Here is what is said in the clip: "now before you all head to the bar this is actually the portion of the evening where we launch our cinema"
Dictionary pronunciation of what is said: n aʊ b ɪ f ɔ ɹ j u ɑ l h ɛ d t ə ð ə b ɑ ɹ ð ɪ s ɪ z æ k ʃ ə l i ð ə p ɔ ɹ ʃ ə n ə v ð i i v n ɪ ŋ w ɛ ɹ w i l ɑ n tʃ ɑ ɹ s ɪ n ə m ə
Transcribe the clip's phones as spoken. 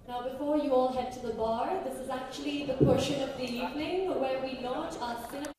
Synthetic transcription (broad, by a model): n aʊ b ɪ f ɔ ɹ j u ɑ l h ɛ d t ə ð ə b ɑ ɹ ð ɪ s ɪ z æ k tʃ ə l i ð ə p ɔ ɹ ʃ ə n ə v ð i i v n ɪ ŋ w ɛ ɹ w i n ɑ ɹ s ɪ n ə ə